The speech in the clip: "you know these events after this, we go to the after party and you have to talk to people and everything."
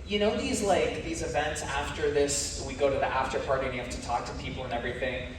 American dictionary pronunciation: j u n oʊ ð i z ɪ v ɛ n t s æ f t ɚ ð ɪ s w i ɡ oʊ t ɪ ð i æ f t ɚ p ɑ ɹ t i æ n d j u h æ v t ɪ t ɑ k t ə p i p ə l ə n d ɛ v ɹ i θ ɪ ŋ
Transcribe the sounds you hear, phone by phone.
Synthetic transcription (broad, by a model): j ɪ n oʊ ð i z ɪ v ɛ n t s æ f t ɚ ð ɪ s w i ɡ oʊ t ɪ ð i æ f t ɚ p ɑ ɹ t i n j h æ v t ɪ t ɑ k t ə p i p l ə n ɛ v ɹ i θ ɪ ŋ